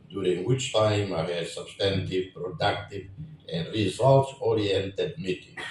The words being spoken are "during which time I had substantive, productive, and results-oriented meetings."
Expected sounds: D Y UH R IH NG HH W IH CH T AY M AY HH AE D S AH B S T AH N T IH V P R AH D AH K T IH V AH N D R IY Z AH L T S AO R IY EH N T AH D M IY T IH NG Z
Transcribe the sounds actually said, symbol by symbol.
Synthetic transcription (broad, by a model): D Y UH R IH NG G W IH CH T AY M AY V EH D S AH B S T AH N T IH V P R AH D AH K T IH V AH N D R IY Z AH L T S AO R IY EH N T AH D M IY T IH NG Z